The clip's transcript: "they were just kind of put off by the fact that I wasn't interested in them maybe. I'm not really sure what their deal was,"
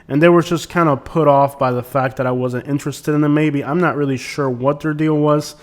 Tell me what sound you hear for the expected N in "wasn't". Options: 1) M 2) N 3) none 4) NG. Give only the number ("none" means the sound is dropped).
2